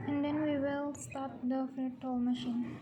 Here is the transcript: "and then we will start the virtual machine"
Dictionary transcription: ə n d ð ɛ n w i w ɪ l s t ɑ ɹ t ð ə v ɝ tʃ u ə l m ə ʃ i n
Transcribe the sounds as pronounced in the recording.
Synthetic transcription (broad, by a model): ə n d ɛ n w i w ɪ l s t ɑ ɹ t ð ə f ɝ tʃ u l m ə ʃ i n